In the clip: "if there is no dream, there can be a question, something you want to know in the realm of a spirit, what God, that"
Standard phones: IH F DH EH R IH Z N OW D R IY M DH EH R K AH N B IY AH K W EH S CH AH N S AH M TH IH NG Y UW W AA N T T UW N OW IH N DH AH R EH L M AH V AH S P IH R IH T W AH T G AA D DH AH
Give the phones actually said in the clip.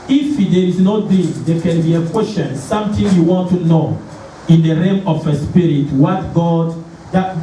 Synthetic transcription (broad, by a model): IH F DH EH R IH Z N OW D IY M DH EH K AH N B IY AH K W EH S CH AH N S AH M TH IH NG Y UW W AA N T T UW N OW IH N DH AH R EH M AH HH AH S P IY R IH T W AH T G AA D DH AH